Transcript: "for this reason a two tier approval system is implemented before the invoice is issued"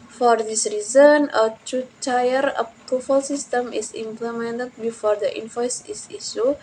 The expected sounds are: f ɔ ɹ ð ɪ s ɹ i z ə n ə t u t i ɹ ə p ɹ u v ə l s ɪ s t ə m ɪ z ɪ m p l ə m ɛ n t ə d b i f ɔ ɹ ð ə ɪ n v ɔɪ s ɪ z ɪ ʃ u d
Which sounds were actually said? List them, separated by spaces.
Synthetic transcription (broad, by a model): f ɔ ɹ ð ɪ s ɹ i z ə n ə t u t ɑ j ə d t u f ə l s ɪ s t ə m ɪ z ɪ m p l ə m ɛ n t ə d b i f ɔ ɹ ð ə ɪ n f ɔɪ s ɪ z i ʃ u